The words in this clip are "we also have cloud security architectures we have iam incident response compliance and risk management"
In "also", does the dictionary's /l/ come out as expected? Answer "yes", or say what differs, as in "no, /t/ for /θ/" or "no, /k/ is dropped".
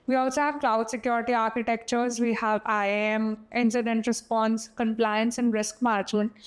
no, /l/ is dropped